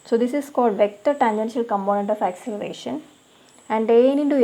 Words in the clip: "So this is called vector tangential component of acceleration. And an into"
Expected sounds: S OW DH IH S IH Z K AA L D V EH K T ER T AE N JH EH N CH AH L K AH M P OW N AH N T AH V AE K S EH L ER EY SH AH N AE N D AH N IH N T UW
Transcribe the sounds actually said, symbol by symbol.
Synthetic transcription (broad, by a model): S OW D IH S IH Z K AA L D V EH K T ER T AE N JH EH N SH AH L K AH M P OW N AH N T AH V AE K S EH L ER EY SH AH N AE N D AH N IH N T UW